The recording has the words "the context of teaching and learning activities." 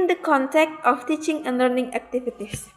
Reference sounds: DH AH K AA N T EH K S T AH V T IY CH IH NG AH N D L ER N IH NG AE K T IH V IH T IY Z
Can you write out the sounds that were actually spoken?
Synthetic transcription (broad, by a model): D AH K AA N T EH K T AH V T IY CH IH NG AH N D L ER N IH NG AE K T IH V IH T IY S